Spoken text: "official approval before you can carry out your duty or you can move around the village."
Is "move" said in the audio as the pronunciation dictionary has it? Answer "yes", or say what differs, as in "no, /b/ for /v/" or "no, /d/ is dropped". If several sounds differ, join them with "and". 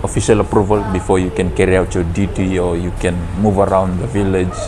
yes